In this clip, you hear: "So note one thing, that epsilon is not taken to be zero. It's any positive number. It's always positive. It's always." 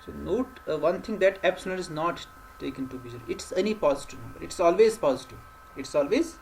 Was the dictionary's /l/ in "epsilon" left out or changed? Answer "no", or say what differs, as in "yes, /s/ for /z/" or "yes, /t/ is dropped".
yes, /n/ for /l/